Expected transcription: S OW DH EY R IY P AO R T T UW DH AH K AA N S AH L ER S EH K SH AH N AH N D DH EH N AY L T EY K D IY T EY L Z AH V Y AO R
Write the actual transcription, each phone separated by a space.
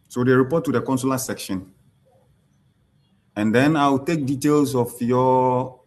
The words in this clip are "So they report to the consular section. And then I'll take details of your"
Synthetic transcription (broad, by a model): S OW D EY R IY P AO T T UW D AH K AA N S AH L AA S EH K SH AH N AH N D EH N AY W T EY K D IY T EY L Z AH F Y AO